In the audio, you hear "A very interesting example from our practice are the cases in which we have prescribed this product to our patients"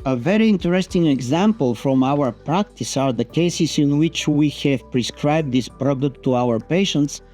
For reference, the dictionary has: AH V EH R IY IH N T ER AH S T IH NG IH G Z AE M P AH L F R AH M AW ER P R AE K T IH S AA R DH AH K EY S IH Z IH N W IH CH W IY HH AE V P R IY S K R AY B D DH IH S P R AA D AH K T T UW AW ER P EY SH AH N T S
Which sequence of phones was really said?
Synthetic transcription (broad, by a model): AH V EH R IY IH N T ER AH S T IH NG IH G Z AE M P AH L F R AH M AW ER P R AE K T IH S AA R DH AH K EY S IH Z IH N W IH CH W IY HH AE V P R IY S K R AY B D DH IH S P R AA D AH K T T UW AW ER P EY SH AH N T S